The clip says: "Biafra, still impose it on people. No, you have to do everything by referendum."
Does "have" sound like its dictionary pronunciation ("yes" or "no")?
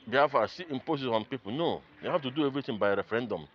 no